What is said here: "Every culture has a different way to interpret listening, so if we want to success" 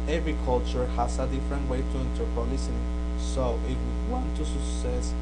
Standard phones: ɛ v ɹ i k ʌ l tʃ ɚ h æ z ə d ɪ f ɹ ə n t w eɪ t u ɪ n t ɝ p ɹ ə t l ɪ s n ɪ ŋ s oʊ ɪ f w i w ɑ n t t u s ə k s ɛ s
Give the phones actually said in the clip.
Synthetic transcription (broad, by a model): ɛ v ɹ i k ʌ l tʃ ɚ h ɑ s ə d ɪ f ɹ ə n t w eɪ t u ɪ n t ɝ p ə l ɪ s ɪ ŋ s oʊ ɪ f w i w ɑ n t t u s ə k s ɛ s